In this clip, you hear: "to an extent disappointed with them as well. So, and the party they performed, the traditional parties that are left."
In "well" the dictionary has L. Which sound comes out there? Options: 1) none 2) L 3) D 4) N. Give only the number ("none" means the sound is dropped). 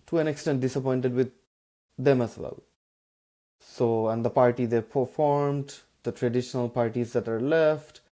2